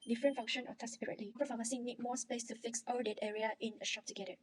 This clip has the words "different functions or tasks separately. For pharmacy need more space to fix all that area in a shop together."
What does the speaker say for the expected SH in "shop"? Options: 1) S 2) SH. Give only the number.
2